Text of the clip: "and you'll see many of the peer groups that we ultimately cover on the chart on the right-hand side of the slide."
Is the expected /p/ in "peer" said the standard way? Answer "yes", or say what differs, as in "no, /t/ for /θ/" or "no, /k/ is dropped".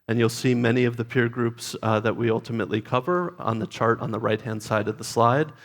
yes